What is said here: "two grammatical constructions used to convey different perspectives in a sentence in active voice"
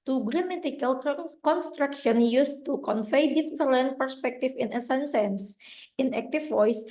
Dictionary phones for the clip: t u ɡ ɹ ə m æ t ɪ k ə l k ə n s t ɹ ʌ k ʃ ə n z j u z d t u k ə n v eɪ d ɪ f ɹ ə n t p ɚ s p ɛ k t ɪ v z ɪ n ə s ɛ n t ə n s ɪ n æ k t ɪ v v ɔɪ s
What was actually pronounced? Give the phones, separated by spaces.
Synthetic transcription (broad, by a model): t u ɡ ɹ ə m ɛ t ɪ k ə l k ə n s t ɹ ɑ k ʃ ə n j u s t u k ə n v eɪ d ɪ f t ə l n p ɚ s p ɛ k t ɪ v ɪ n ə s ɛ n s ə n s ɪ n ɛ k t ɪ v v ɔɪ s